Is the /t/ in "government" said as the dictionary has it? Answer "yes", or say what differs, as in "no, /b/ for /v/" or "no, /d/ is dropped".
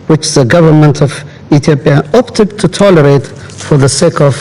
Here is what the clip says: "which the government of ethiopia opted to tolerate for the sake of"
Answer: yes